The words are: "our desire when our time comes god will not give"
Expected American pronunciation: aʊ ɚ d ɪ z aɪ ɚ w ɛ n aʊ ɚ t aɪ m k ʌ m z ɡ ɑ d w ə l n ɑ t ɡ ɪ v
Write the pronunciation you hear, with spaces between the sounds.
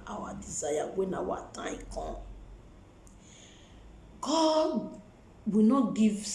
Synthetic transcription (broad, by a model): aʊ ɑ d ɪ z aɪ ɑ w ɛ n aʊ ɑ t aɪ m k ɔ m ɡ ɑ d w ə n ɑ t ɡ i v